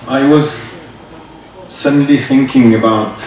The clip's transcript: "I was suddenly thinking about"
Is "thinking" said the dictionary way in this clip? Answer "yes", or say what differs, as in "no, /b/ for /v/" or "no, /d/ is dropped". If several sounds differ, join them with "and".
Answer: yes